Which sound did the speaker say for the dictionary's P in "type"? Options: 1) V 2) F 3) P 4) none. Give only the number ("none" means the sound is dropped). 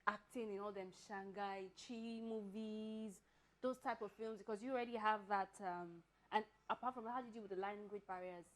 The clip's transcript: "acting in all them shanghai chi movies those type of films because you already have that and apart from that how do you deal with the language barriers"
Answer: 3